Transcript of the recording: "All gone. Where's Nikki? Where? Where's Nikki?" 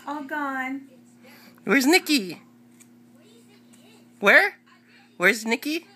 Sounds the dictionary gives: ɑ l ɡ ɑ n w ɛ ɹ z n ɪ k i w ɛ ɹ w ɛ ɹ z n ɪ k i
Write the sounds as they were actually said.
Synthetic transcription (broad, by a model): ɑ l ɡ ɑ n w ɛ ɹ z n ɪ k i w ɛ ɹ w ɛ ɹ z n ɪ k i